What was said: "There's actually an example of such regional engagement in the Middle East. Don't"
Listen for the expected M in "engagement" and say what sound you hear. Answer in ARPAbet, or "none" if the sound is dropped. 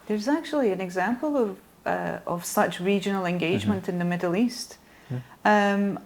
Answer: M